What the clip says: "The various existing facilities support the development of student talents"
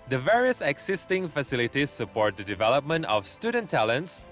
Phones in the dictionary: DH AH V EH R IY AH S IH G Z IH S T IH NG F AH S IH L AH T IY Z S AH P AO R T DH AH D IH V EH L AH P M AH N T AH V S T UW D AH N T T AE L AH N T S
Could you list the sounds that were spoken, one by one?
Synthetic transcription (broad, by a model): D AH V EH R IY AH S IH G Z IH S T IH NG F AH S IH L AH T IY S AH P AO R T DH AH D IH V EH L AH P M AH N T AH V S T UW D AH N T T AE L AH N T S